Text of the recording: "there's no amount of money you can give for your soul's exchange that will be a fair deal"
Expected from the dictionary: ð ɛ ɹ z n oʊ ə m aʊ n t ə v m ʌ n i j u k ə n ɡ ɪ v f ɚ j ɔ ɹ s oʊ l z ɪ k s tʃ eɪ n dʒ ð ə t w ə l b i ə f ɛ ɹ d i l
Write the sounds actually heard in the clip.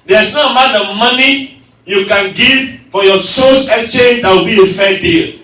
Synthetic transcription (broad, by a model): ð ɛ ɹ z n oʊ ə m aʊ n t ə v m ʌ n i j u k ə n ɡ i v f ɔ j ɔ s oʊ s ɪ k s tʃ eɪ n dʒ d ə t w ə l b i ə f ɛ d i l